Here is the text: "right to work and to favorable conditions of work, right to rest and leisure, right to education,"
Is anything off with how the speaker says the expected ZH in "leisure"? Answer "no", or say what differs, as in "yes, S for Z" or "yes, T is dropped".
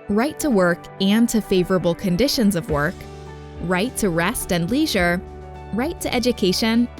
no